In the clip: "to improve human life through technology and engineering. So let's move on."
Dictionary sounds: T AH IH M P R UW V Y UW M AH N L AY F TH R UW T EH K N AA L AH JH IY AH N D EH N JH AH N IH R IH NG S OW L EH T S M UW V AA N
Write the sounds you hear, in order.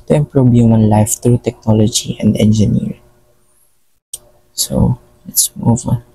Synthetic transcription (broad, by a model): T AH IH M P R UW B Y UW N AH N L AY F T R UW T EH K N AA L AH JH IY AH N D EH N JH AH N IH R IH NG S OW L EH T S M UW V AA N